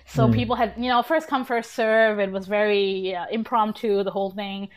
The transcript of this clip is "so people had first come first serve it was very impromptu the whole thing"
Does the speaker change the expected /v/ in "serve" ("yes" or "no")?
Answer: no